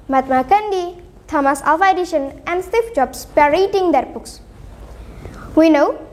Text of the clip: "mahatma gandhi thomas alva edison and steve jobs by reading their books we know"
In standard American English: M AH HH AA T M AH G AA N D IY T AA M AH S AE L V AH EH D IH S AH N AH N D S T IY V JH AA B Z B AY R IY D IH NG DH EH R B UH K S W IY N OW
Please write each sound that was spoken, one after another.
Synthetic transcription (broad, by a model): M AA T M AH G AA N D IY T AA M AH S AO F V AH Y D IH SH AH N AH N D S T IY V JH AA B S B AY R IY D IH NG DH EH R B UH K S W IY N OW